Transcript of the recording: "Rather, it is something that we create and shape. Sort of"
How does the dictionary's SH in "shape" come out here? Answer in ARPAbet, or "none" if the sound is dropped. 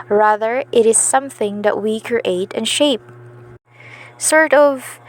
SH